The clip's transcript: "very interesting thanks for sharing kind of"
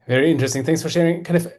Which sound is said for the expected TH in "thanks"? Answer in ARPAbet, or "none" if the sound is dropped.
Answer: TH